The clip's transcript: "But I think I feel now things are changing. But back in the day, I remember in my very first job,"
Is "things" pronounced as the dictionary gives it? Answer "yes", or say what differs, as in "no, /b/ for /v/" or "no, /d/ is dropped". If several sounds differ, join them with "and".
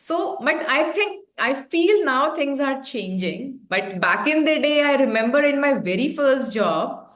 no, /t/ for /θ/